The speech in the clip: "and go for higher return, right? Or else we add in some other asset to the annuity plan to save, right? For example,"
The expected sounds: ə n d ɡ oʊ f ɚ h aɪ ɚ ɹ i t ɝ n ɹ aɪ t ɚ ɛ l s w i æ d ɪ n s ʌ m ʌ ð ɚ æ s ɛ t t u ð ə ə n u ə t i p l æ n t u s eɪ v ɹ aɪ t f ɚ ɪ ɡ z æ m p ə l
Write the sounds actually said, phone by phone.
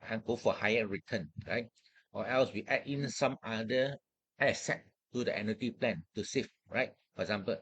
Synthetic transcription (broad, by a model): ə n ɡ oʊ f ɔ h aɪ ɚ ɹ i t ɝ n ɹ aɪ t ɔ ɛ l s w i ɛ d ɪ n s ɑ m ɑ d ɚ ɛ s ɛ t t u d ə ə n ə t i p l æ n t u s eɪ f ɹ aɪ t f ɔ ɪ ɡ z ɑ m p ə l